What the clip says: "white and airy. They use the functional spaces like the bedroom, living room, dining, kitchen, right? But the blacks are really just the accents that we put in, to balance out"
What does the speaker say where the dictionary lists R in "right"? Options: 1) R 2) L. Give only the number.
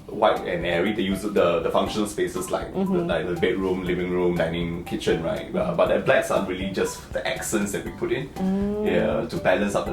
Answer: 1